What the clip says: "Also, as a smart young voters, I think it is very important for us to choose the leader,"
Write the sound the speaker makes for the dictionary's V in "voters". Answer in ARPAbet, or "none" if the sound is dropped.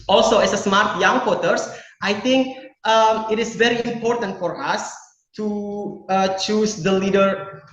W